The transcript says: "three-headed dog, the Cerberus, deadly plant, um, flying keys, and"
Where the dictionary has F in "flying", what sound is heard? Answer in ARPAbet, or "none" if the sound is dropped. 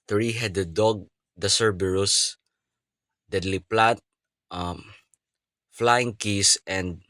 F